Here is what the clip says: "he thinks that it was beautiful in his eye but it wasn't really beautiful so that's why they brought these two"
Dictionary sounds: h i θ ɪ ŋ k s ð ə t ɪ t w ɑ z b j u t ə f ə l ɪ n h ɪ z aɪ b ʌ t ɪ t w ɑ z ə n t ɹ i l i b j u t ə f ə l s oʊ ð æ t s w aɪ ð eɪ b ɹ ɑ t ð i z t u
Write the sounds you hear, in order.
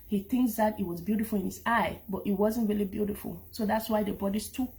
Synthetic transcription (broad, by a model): h i θ ɪ ŋ k s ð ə t ɪ t w ɑ z b j u t ə f ə l ɪ n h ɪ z aɪ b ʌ t ɪ t w ɑ z ə n t ɹ i l i b j u t ə f ə l s oʊ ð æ t s w aɪ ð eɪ b ɑ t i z t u